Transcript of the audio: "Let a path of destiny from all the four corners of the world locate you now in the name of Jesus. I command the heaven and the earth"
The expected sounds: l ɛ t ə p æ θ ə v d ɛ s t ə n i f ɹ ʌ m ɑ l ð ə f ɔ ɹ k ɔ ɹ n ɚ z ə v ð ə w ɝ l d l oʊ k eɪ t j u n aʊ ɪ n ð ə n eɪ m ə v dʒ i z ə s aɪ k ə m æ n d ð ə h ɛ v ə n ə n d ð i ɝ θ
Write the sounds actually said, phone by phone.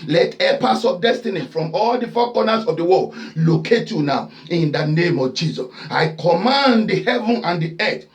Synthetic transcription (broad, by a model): l ɛ t ə p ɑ s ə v d ɛ s t ə n i f ɹ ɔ m ɑ l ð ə f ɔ k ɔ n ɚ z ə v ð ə w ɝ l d l oʊ k eɪ t j u n aʊ ɪ n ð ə n eɪ m ə v dʒ i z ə s aɪ k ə m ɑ n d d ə h ɛ v ə n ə n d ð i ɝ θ